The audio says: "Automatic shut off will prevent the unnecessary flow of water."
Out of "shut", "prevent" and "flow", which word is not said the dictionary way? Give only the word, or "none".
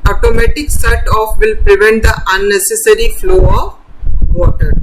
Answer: shut